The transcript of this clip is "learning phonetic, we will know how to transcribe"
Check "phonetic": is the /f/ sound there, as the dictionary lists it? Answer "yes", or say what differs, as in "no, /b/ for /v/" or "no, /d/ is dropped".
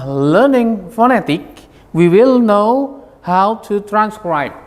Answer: yes